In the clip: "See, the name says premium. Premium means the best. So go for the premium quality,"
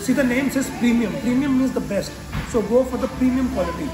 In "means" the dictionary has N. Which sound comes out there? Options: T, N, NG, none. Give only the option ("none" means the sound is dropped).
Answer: none